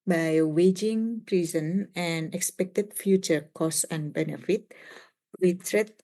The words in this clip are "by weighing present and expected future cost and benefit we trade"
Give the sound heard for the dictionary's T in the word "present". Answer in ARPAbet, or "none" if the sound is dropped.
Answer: none